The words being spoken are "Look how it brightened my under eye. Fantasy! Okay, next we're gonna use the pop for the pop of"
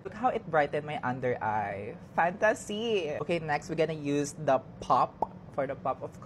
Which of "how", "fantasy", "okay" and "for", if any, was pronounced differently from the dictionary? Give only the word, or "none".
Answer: none